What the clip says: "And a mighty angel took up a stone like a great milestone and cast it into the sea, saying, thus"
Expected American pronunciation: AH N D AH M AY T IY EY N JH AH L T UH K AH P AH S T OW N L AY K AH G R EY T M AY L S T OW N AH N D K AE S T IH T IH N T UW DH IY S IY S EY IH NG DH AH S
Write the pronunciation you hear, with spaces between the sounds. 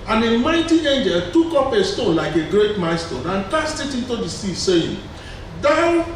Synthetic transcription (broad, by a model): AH N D AH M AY T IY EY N JH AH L T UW K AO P AH S T OW N L AY K AH G R EY T M AY S T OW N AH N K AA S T IH T IH N T UW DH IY S IY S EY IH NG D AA